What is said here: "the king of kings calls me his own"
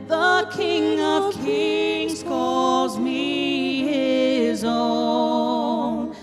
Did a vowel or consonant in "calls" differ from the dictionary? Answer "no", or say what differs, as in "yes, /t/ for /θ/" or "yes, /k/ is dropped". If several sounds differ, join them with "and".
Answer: no